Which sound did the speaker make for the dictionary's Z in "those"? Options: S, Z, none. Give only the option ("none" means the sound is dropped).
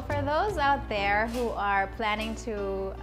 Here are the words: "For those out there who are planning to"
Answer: Z